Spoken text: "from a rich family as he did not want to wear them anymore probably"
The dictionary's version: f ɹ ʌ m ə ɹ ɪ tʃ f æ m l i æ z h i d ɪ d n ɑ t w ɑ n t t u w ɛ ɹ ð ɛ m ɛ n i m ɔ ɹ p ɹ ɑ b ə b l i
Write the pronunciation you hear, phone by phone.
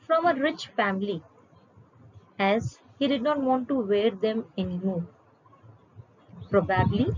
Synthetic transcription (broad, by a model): f ɹ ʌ m ə ɹ ɪ tʃ f æ m l i æ z h i d ɪ d n ɑ t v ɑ n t t u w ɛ ɹ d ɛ m ɛ n i m ɔ ɹ p ɹ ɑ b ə b l i